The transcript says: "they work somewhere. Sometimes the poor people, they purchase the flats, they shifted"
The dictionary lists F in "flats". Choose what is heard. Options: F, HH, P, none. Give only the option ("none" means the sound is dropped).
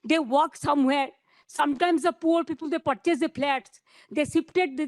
P